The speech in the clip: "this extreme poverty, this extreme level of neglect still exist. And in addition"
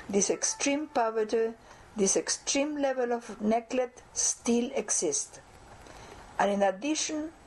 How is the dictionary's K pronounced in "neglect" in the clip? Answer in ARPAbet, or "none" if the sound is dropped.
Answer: none